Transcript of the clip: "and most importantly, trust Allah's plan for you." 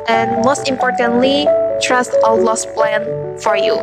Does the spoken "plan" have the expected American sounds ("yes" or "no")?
yes